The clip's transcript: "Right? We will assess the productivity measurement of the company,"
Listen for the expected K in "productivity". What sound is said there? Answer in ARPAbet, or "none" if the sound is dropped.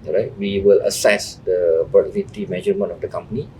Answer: none